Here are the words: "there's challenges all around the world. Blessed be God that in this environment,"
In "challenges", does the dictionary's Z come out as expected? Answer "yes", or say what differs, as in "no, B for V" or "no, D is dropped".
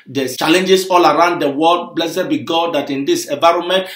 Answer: no, S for Z